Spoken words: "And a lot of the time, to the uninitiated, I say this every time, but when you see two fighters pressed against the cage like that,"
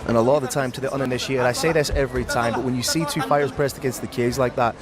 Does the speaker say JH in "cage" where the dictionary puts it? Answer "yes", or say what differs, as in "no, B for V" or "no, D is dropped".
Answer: no, Z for JH